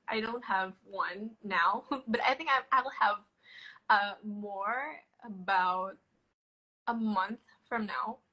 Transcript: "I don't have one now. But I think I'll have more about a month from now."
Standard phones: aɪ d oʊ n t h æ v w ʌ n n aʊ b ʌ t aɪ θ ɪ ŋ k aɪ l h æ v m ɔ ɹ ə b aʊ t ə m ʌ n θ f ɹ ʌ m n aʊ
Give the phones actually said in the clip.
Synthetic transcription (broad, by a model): aɪ d oʊ n t h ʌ v w ʌ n n aʊ b ʌ t aɪ θ ɪ ŋ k aɪ l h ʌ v m ɔ ɹ ə b aʊ t ə m ʌ n θ f ɹ ʌ m n aʊ